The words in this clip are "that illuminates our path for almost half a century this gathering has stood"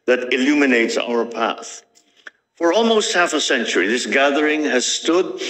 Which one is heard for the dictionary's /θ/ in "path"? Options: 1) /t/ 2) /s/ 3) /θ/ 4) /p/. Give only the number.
3